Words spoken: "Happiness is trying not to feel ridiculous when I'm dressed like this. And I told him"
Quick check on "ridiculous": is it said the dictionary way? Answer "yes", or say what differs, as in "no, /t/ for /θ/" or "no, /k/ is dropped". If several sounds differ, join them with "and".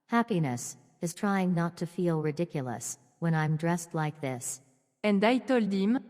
yes